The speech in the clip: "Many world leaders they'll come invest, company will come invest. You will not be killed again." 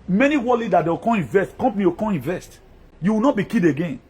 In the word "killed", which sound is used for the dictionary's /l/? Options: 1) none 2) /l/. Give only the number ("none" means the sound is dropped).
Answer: 1